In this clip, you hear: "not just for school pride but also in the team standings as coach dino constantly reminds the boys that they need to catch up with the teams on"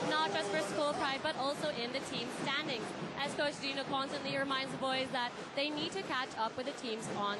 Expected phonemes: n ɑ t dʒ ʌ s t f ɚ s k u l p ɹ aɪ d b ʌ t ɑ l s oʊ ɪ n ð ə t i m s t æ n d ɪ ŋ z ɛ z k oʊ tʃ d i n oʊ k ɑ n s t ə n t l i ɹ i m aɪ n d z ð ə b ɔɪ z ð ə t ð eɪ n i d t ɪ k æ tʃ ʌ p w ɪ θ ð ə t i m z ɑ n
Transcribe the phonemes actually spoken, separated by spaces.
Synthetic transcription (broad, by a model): n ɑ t dʒ ʌ s t f ɚ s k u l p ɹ aɪ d b ʌ t ɑ l s oʊ ɪ n ð ə t i m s t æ n d ɪ ŋ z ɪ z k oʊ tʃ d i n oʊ k ɑ n s t ə n t l i ɹ i m aɪ n d z ð ə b ɔɪ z ð ə t ð eɪ n i d t ɪ k æ tʃ ʌ p w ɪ ð ə t i m z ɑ n